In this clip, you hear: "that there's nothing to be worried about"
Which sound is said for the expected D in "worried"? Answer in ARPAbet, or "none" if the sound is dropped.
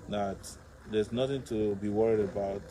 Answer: D